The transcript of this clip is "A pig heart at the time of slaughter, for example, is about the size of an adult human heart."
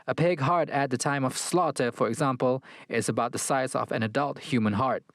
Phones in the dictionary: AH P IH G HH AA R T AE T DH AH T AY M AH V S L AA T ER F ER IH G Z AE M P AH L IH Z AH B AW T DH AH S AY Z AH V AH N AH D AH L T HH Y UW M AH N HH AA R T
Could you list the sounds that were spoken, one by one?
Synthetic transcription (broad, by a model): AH P IH G HH AA R T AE T DH AH T AY M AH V S L AA T ER F ER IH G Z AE M P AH L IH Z AH B AW T DH AH S AY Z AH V AH N AH D AH L T HH Y UW M AH N HH AA R T